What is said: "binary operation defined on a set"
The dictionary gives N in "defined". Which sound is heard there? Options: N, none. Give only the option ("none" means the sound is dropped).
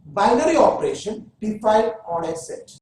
none